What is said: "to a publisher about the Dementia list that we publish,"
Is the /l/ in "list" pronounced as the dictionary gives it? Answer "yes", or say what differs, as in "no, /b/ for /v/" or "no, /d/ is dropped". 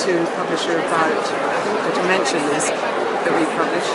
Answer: no, /n/ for /l/